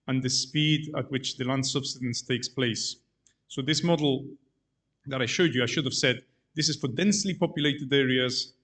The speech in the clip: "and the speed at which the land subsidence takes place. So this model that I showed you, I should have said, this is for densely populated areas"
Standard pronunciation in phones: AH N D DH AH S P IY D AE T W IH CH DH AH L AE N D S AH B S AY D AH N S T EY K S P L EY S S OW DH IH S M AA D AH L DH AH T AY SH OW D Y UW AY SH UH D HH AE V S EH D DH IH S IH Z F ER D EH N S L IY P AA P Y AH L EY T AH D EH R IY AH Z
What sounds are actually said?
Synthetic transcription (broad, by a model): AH N DH AH S P IY D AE T W IH CH DH AH L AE N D S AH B S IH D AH N S T EY K S P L EY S S OW DH IH S M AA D L DH AH T AY SH OW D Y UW AY SH UH D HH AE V S EH D DH IH S IH Z F ER D EH N S L IY P AA P Y AH L EY T AH D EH R IY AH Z